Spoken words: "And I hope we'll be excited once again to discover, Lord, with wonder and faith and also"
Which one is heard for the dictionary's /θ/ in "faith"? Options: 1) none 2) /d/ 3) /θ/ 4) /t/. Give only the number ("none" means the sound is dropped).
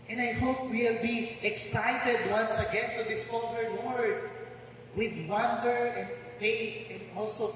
4